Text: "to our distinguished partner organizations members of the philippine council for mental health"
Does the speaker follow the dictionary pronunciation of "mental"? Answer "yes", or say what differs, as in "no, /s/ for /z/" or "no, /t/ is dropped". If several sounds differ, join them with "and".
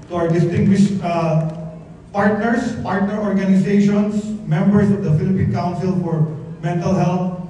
yes